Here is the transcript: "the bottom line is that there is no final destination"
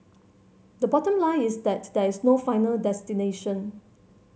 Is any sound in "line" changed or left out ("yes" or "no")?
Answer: yes